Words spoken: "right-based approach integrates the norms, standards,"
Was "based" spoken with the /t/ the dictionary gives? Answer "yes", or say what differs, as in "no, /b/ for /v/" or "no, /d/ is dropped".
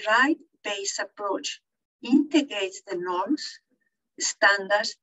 no, /t/ is dropped